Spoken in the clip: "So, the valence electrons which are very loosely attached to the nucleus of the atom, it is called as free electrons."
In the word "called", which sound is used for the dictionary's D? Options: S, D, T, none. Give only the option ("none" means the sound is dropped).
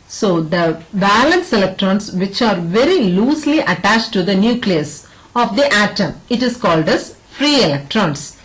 D